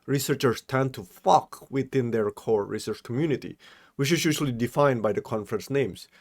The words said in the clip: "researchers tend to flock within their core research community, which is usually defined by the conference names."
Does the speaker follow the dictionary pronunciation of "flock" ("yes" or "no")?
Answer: no